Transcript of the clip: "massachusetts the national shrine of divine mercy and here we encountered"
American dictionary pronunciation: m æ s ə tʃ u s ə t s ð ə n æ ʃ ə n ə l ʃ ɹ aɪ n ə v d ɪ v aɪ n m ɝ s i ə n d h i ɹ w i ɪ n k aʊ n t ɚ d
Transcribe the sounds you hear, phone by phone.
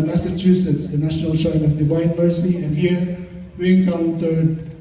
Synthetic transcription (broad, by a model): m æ s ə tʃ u s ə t s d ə n æ ʃ ə n ə l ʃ aɪ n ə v d ɪ v aɪ n m ɝ s i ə n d h i ɹ w i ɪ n k aʊ n t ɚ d